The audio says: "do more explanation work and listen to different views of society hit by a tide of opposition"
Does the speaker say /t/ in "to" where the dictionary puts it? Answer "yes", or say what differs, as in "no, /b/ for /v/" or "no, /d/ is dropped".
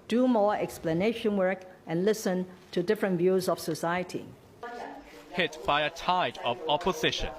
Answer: yes